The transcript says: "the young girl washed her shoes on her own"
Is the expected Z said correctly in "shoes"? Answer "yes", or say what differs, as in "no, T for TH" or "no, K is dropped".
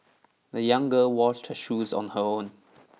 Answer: yes